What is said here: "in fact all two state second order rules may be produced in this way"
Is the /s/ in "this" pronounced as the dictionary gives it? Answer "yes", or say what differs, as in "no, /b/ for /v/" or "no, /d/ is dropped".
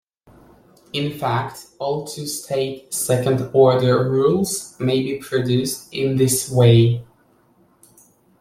yes